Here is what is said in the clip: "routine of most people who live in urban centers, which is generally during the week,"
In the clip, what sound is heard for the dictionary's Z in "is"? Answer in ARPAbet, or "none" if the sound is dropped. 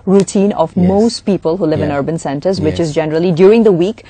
Z